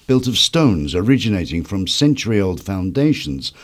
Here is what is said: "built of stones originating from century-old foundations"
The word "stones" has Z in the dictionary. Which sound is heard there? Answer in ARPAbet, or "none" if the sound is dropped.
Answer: Z